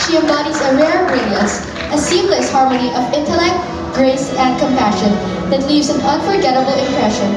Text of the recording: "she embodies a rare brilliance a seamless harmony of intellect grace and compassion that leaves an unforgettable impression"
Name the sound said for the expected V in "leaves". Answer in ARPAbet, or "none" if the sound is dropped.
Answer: V